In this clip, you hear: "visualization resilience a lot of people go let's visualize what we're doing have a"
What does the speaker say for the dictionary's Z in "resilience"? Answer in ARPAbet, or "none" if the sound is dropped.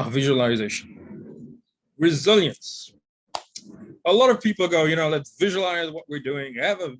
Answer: Z